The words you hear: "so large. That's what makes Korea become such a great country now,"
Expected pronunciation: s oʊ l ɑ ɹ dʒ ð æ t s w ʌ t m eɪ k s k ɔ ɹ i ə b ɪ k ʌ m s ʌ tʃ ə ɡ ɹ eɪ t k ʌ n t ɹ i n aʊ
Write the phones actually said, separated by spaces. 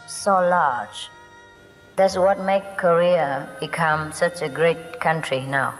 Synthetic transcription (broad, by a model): s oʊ l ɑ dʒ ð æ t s w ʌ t m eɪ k k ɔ ɹ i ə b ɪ k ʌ m s ʌ tʃ ə ɡ ɹ eɪ t k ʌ n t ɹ i n aʊ